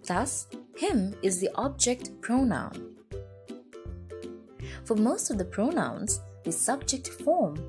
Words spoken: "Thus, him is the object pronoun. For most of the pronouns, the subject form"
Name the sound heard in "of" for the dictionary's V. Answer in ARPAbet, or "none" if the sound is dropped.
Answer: V